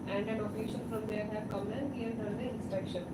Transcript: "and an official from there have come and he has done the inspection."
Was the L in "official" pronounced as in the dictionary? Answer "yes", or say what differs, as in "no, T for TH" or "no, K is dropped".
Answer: no, N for L